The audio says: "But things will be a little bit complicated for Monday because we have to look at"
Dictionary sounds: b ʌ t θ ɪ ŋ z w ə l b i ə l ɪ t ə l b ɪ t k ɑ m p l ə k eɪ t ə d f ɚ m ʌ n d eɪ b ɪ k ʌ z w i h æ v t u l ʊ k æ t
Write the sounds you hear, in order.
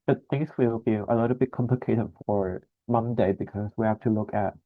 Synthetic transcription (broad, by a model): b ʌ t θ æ ŋ s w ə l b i ə l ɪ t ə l b ɪ t k ɑ m p l ə k eɪ t ə d f ɚ m ʌ n d eɪ b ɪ k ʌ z w i h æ f t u l ʊ k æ t